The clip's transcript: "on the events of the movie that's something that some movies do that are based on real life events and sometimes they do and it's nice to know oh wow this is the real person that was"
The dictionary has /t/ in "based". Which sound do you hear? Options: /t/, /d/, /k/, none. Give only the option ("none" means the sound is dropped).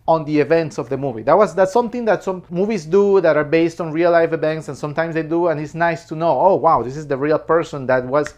/t/